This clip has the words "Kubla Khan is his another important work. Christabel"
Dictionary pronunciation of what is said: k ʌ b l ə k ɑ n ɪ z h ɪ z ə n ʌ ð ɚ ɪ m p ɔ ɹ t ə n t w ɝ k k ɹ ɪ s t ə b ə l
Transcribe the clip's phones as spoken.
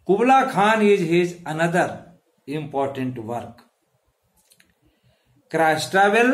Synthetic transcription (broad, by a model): k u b l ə k ɑ n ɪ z h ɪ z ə n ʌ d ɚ ɪ m p ɔ ɹ t ə n t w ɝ k k ɹ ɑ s t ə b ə l